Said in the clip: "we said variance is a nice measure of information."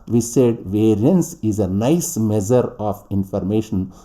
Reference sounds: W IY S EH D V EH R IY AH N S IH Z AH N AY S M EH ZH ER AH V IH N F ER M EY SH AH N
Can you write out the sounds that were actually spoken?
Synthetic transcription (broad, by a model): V IY S EH D V EH R IY AH N S IH Z AH N AY S M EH Z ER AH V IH N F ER M EY SH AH N